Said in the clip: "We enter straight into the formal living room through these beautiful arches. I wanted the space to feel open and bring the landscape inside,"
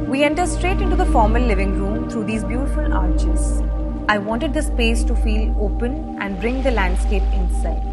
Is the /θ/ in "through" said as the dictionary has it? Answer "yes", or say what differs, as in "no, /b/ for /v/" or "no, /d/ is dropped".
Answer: no, /t/ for /θ/